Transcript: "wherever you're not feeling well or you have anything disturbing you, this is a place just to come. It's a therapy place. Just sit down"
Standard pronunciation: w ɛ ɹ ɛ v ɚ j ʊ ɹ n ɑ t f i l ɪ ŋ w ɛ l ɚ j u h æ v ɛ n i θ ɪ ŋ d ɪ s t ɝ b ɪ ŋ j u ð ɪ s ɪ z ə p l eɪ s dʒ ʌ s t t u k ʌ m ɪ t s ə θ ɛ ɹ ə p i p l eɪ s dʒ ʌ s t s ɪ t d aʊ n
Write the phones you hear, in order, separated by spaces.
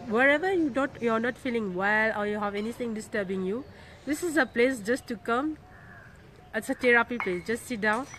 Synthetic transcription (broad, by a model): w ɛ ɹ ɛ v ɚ j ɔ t n ɑ t f i l ɪ ŋ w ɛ l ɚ j u h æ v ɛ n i t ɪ ŋ d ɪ s t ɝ b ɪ ŋ j u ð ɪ s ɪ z ə p l eɪ s dʒ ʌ s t t u k ʌ m ɪ t s ə t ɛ ɹ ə p i p l eɪ s dʒ ʌ s t s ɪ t d aʊ n